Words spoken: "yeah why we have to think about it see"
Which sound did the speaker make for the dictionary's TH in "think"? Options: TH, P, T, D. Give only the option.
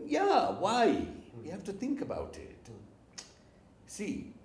TH